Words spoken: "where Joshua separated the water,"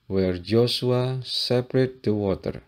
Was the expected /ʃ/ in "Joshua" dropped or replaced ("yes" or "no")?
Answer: yes